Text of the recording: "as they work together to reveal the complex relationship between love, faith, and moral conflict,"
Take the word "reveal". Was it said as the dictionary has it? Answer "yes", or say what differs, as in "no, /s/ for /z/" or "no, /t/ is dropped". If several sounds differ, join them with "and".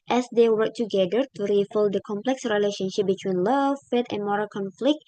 no, /f/ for /v/